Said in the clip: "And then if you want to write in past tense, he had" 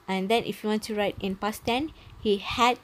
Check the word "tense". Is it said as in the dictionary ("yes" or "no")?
no